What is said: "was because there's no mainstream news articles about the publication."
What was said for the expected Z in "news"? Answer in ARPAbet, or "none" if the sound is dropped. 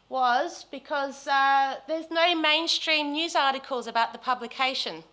Z